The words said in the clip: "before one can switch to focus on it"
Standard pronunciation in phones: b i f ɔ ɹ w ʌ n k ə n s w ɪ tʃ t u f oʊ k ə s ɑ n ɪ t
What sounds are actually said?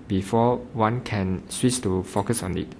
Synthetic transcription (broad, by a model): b i f ɔ w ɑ n k ə n s w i s t u f oʊ k ə s ɑ n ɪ t